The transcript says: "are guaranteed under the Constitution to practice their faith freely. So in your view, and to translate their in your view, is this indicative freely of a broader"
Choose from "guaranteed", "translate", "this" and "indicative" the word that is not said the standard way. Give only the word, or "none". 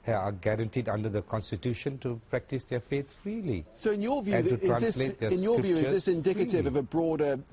translate